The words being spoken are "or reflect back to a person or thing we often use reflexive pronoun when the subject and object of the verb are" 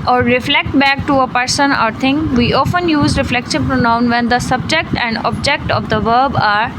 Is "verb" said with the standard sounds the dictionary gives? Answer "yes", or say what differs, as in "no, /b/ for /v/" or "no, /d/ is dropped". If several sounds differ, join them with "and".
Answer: yes